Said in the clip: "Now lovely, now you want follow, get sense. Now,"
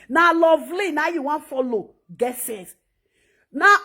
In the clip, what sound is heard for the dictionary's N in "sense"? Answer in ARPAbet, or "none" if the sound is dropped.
none